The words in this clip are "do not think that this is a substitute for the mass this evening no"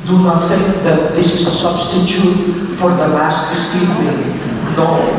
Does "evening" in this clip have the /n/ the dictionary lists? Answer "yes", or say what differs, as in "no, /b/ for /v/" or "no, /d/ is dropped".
no, /l/ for /n/